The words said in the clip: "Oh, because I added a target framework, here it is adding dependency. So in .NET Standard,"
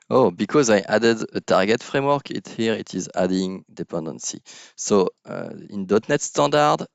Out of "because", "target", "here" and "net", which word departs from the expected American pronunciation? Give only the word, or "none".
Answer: none